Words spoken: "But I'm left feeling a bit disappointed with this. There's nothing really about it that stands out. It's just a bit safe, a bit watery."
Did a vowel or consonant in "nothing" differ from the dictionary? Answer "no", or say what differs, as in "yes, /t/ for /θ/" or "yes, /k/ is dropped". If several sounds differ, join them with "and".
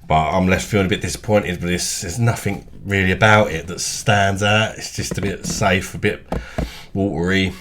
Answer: no